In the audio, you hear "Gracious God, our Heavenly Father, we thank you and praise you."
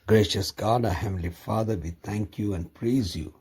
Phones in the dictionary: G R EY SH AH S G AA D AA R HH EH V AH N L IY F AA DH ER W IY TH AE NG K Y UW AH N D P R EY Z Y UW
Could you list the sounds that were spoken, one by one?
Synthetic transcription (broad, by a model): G R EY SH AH S G AA D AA HH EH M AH L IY F AA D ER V IY T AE NG K Y UW AH N D P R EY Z Y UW